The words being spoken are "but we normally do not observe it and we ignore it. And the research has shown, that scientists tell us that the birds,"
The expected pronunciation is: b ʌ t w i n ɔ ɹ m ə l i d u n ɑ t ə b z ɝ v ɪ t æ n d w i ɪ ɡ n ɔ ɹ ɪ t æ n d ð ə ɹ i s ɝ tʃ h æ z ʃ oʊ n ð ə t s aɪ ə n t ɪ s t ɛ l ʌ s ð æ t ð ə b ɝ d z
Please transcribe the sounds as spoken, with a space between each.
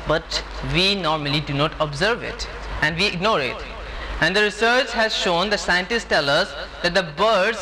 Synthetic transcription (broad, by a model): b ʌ t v i n ɔ ɹ m ə l i d u n ɑ t ə b z ɝ v ɪ t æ n d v i ɪ ɡ n ɔ ɹ ɪ t æ n d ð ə ɹ i s ɝ tʃ h æ z ʃ oʊ n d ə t s aɪ ə n t ɪ s t ɛ l ʌ s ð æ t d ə b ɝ d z